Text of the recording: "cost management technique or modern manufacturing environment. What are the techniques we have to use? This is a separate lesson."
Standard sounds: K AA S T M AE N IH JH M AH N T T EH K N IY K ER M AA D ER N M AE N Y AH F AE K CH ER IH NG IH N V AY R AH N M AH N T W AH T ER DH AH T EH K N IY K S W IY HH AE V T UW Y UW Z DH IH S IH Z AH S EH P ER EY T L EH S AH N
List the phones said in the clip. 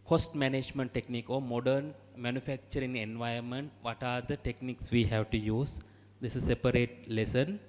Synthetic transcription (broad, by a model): K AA S T M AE N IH JH M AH N T T EH K N IY K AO M AA D ER N M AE N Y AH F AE K CH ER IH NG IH N V AY AH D M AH N T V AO T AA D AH T EH K N IY K S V IY HH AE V T UW Y UW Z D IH S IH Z S EH P ER EY T L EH S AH N